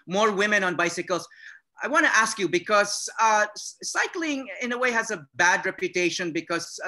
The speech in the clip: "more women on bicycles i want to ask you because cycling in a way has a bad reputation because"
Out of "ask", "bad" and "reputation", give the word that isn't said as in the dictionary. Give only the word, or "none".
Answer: none